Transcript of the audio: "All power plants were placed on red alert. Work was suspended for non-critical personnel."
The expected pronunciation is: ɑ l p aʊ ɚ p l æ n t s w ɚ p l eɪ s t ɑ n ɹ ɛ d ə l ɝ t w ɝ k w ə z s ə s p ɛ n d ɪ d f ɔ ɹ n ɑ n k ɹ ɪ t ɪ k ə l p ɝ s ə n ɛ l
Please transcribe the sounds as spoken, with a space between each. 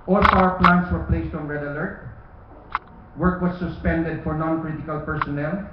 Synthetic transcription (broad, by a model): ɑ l f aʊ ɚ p l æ n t s w ɚ p l eɪ s t ɑ n ɹ ɛ d ə l ɝ t w ɝ k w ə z s ə s p ɛ n d ɪ d f ɔ ɹ n ɑ n k ɹ ɪ t ɪ k ə l p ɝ s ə n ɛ l